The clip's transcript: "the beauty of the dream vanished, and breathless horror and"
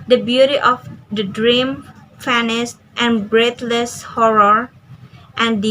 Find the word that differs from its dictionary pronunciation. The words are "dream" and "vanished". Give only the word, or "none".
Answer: vanished